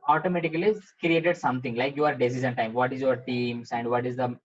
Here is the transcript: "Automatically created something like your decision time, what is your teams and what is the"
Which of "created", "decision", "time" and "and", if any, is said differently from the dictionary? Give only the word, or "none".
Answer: decision